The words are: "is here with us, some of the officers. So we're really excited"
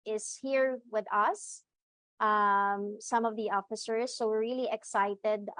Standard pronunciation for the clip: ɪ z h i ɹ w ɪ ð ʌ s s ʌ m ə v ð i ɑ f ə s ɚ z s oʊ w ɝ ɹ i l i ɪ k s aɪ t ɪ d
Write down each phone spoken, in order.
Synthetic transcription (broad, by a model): ɪ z h i ɹ w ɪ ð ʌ s s ʌ m ə v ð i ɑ f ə s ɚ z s oʊ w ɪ ɹ i l i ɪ k s aɪ t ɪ d